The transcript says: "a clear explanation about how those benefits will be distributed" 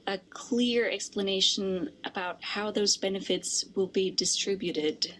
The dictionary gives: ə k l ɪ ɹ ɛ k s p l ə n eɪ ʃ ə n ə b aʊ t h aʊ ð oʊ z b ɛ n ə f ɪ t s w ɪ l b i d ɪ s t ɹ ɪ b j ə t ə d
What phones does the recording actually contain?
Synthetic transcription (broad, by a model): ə k l ɪ ɹ ɛ k s p l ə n eɪ ʃ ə n ə b aʊ t h aʊ ð oʊ z b ɛ n ə f ɪ t s w ɪ l b i d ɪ s t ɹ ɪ b j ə t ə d